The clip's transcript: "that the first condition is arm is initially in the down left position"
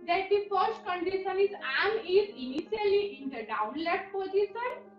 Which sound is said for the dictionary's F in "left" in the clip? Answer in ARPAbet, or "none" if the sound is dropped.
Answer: none